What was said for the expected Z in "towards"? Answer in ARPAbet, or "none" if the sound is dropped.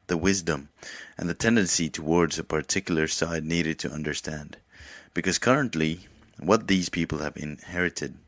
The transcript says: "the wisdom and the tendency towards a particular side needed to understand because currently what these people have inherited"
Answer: Z